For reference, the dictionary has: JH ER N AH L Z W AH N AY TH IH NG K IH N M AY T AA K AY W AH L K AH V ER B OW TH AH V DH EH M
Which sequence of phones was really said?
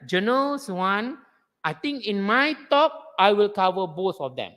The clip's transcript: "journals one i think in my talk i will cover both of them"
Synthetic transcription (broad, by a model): JH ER N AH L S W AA N AY T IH NG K IH N M AY T AA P AY W AH L K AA V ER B OW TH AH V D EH M